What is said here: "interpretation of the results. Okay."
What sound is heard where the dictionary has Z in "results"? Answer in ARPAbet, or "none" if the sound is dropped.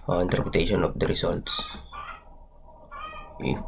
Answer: S